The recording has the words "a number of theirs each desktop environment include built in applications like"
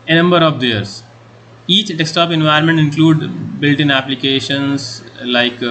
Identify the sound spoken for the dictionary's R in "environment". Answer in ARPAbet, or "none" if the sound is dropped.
none